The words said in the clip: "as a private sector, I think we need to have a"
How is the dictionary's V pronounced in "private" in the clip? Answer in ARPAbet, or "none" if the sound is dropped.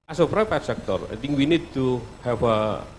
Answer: P